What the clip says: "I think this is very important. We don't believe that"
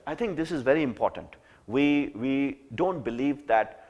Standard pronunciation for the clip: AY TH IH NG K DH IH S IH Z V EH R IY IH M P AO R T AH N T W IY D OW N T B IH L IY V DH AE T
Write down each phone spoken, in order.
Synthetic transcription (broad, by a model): AY T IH NG K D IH S IH Z V EH R IY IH M P AO R T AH N T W IY D OW N T B IH L IY V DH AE T